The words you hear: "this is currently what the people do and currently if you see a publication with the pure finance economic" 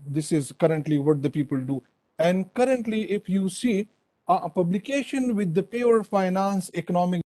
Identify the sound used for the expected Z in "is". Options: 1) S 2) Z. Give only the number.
2